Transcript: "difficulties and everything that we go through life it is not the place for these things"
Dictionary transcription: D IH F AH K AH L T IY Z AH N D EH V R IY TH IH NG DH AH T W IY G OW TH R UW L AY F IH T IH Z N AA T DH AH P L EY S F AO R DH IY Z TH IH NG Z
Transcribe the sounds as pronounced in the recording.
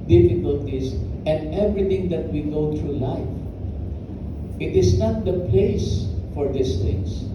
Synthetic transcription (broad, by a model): D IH F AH K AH L T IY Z AH N D EH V R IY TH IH NG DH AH T W IY G OW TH R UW L AY F IH T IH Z N AA T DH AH P L EY S F AO R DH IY S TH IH NG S